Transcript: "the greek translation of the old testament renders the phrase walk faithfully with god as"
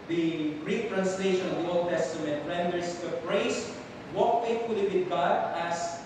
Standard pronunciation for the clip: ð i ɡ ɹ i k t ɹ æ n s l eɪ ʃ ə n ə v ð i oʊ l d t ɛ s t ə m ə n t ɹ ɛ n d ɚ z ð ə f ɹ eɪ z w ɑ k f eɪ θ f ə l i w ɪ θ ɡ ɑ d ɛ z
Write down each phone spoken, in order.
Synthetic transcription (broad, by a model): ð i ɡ ɹ i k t ɹ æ n s l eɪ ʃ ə n ə v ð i oʊ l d t ɛ s t ə m ə n t ɹ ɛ n d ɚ s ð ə p ɹ eɪ s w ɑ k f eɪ t f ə l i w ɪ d ɡ ɑ d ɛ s